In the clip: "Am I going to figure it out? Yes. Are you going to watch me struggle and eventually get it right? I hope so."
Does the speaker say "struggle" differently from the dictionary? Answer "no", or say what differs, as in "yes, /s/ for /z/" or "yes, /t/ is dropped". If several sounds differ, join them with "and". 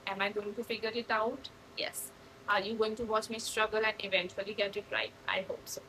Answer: no